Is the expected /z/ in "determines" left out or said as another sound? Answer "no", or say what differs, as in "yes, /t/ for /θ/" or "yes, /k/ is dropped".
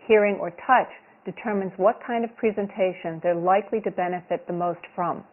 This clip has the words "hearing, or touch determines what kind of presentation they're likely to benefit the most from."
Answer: no